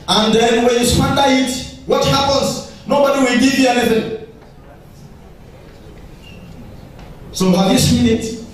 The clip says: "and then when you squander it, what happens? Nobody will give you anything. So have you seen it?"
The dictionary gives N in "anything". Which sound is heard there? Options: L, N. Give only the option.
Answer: L